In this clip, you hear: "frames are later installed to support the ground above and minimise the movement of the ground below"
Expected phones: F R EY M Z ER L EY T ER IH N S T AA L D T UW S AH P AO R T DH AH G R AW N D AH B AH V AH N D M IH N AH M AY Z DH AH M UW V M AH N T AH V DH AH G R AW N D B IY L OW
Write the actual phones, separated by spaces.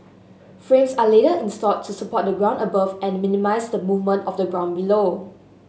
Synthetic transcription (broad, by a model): F R EY M S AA L EY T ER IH N S T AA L T UW S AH P AO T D AH G R AW N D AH B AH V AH N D M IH N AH M AY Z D AH M UW V M AH N T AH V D AH G R AW N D B IY L OW